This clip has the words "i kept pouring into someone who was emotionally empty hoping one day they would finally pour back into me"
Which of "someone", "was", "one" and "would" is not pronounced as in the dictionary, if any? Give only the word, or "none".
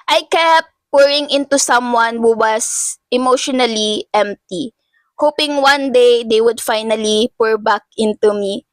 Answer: was